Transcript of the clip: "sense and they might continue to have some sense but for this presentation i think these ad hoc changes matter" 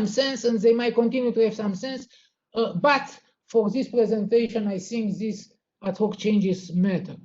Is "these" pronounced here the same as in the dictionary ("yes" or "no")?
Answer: no